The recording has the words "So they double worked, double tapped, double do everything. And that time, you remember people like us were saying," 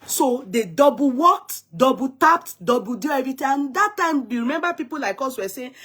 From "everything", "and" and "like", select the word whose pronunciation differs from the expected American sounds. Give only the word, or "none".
everything